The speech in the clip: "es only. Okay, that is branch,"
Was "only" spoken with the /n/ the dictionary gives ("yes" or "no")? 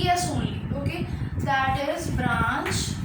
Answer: no